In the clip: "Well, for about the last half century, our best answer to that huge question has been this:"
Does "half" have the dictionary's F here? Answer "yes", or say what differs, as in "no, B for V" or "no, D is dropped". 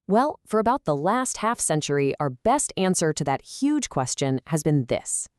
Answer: yes